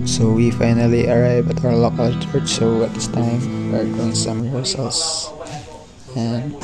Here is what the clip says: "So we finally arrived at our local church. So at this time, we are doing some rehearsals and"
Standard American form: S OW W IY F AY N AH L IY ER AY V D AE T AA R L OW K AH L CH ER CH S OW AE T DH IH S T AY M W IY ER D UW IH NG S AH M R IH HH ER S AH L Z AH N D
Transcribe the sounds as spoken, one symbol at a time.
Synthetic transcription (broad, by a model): S OW W IY F AY N AH L IY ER AY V AE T AA R L OW K AH L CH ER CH S OW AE T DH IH S T AY M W ER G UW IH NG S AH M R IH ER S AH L S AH N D